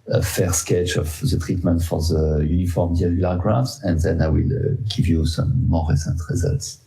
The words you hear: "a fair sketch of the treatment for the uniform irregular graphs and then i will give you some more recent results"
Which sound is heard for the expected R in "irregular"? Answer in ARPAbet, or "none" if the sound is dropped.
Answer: none